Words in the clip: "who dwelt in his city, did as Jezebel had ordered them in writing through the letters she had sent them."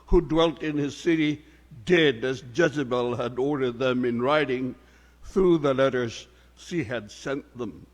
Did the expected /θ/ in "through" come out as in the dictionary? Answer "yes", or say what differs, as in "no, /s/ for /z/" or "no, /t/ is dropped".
yes